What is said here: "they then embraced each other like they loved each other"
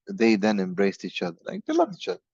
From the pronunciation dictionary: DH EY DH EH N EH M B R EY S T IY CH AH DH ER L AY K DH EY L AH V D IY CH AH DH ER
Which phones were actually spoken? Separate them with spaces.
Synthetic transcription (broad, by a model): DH EY DH EH N EH M B R EY S T IY CH AH DH ER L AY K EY L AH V IY CH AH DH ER